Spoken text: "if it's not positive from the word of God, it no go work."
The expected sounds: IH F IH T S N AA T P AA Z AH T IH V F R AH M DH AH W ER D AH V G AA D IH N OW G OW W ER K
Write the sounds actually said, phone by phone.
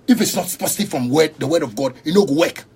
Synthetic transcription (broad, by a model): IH F IH T S N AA T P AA S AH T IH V F R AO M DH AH W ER D AH V G AA D IH N OW G OW W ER K